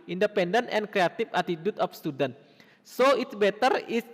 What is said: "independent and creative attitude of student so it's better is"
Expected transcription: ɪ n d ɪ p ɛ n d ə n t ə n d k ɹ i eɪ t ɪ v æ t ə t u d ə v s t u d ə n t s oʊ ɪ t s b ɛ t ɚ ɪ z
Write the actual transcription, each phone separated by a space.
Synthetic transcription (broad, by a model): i n d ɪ p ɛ n d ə n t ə n k ɹ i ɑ t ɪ f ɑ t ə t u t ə f s t u d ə n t s oʊ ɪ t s b ɛ t ɚ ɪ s